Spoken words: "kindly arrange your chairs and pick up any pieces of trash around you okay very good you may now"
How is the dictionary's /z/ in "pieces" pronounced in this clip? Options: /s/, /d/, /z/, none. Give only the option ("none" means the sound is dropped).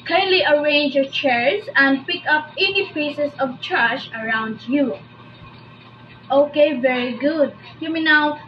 /s/